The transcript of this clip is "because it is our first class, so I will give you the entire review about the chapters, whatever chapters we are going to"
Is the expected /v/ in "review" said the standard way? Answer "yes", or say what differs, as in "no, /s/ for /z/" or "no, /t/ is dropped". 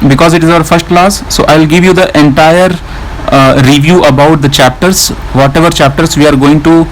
yes